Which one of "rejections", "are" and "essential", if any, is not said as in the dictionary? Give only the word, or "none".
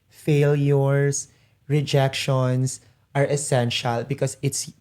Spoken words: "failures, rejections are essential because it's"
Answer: rejections